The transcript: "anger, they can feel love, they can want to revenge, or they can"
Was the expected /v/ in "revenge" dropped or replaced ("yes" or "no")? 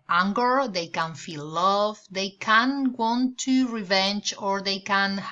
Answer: no